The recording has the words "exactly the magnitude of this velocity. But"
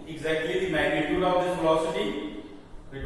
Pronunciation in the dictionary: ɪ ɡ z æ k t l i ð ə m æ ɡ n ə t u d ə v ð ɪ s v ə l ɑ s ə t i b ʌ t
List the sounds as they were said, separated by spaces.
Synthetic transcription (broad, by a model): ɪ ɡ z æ k t l i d m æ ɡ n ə t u d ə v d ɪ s f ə l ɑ s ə t i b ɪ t